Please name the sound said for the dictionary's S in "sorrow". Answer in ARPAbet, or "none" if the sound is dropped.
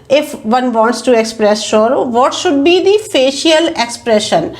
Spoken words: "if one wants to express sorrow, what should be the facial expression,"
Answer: SH